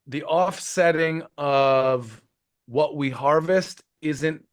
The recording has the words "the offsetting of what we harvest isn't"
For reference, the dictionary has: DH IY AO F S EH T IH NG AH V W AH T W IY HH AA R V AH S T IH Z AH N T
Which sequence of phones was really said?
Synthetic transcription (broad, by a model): DH IY AO F S EH T IH NG AH V W AH T W IY HH AA R V AH S T IH Z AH N T